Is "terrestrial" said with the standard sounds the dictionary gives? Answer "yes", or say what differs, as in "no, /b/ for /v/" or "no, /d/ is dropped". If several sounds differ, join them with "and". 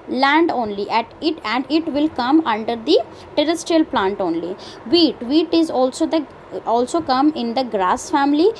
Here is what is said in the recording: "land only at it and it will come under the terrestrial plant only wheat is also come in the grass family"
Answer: yes